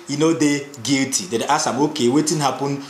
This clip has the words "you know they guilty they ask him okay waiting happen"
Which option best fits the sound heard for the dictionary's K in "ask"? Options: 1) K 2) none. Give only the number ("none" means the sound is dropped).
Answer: 2